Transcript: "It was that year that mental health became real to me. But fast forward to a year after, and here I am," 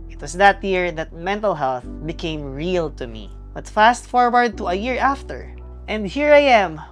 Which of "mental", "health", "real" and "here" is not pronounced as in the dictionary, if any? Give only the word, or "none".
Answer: none